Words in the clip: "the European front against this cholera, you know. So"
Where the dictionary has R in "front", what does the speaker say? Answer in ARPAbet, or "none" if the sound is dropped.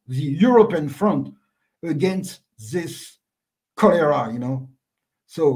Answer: R